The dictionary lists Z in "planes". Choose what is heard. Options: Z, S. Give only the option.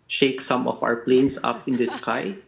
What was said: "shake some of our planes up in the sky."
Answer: S